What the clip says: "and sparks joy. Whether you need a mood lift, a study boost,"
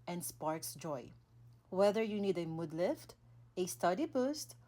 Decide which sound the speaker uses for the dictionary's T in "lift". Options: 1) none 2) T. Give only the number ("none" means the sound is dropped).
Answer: 2